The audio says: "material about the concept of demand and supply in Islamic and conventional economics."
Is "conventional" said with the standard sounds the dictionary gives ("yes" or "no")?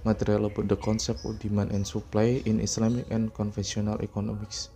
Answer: no